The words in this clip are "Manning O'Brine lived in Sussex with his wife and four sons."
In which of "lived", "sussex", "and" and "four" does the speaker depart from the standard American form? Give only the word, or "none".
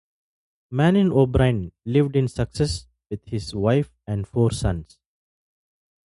sussex